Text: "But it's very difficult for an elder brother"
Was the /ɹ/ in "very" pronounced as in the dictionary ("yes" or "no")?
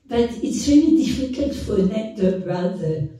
no